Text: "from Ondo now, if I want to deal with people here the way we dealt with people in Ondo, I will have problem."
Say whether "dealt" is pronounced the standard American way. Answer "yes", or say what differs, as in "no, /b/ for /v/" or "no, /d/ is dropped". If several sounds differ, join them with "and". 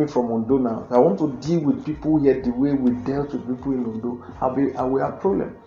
yes